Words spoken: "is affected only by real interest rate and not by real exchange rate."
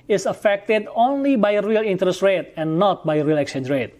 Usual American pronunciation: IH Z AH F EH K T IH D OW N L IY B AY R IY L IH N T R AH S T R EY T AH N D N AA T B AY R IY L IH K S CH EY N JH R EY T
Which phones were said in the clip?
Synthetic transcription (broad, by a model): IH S AH F EH K T IH D OW N L IY B AY R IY L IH N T R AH S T R EY T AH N N AA T B AY R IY L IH K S EY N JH R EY T